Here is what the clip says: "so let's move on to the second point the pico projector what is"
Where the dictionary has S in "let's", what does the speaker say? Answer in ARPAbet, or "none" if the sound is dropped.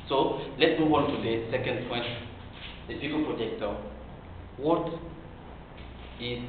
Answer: none